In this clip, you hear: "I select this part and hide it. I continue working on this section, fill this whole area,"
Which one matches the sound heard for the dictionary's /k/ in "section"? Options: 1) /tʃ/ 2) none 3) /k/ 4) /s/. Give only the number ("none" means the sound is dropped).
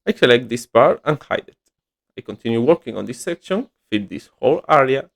3